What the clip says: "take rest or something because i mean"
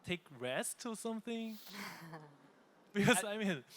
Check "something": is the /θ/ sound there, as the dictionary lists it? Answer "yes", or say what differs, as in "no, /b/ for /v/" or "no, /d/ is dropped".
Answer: yes